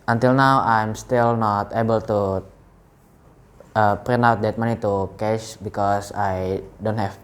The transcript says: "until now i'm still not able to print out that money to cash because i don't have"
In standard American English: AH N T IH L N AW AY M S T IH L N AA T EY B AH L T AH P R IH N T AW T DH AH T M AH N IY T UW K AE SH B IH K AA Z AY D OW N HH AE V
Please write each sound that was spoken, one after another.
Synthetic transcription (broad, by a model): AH N T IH L N AW AY M S T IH L N AA T EY B AH L T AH P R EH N AW T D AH T M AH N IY T UW K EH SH B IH K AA S AY D OW N HH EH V